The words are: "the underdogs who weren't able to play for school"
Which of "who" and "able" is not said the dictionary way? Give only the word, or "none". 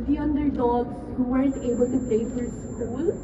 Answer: none